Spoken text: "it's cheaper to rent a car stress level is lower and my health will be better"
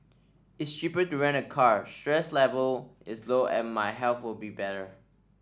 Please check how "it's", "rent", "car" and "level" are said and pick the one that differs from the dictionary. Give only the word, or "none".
rent